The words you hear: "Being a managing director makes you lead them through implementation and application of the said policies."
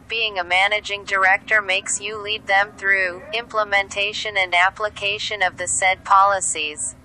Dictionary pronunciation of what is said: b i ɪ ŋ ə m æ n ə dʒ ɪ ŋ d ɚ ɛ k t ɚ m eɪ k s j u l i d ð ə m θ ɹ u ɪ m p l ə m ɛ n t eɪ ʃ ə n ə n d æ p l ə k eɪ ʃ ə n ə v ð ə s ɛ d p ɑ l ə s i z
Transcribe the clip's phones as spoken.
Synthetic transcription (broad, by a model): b i ɪ ŋ ə m æ n ə dʒ ɪ ŋ d ɚ ɛ k t ɚ m eɪ k s j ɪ l i d ð ə m θ ɹ u ɪ m p l ə m ɛ n t eɪ ʃ ə n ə n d æ p l ə k eɪ ʃ ə n ə v ð ə s ɛ d p ɑ l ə s i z